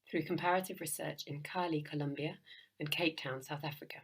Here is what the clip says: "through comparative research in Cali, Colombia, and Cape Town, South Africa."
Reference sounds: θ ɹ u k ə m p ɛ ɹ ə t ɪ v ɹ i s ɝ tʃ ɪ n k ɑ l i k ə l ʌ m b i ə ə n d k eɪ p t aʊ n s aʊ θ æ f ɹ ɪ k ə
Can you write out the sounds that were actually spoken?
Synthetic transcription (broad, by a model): θ ɹ u k ə m p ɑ ɹ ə t ɪ v ɹ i s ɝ tʃ ɪ n k ɑ l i k ə l ʌ m b i ə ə n k eɪ p t aʊ n s aʊ θ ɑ f ɹ ɪ k ə